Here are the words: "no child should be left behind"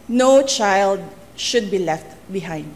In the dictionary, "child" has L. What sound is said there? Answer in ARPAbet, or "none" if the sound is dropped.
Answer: L